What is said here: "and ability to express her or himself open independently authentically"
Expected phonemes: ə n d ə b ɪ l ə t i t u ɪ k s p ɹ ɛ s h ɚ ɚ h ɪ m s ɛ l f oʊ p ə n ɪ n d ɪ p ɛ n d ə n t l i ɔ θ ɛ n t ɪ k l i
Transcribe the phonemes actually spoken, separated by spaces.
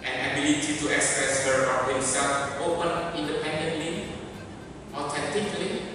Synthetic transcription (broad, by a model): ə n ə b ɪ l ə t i t u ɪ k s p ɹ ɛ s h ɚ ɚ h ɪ s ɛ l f oʊ p ə n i n d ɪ p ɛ n d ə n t l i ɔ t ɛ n t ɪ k l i